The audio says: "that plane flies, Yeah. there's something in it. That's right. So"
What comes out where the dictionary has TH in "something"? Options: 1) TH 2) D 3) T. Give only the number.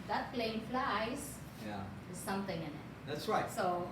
3